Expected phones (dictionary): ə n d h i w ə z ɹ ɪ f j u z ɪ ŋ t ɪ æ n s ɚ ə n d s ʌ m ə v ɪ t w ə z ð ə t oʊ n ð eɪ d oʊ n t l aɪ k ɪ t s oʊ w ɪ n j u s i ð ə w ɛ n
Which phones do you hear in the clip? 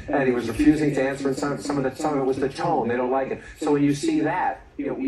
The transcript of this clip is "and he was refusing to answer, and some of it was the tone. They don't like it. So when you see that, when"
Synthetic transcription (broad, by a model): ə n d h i w ə z ɹ ɪ f j u z ɪ ŋ t ɪ æ n s ɚ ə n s s ʌ m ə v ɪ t w ə z ð ə t oʊ n ð eɪ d oʊ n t l aɪ k ɪ t s oʊ w ɪ n j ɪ s i ð ə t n